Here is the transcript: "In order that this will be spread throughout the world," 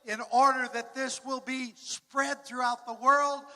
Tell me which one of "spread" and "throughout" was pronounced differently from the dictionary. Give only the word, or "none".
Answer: none